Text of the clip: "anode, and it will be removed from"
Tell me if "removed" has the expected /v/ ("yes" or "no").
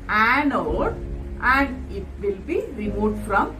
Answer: no